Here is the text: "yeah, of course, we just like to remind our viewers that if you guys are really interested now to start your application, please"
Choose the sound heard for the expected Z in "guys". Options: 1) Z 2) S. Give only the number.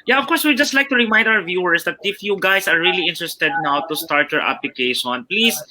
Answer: 2